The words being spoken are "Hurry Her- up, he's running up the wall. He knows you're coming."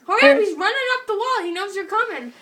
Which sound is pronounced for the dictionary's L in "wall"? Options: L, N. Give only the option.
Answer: L